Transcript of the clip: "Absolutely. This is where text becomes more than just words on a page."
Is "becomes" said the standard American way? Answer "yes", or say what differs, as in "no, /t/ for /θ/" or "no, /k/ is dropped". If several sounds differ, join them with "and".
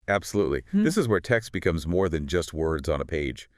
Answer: yes